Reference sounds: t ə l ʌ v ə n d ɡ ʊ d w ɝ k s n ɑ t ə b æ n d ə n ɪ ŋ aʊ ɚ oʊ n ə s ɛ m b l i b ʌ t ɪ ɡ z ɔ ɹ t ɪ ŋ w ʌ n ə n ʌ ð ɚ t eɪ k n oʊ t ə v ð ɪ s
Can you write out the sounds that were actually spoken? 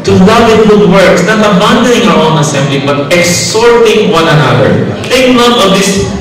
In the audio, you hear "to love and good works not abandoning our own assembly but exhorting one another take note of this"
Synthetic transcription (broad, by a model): t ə l ʌ v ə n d ɡ ʊ d w ɝ k s n ɑ t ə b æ n d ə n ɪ ŋ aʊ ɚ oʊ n ə s ɛ m b l i b ʌ t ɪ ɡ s ɔ ɹ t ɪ ŋ w ʌ n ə n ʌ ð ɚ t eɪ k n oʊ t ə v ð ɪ s